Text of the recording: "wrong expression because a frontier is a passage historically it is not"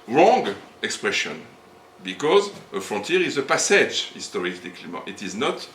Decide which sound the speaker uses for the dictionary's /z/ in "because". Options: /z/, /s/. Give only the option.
/z/